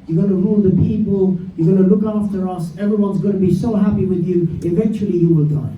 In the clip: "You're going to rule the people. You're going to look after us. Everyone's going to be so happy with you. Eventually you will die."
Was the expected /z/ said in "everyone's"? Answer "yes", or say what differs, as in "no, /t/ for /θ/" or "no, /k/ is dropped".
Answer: yes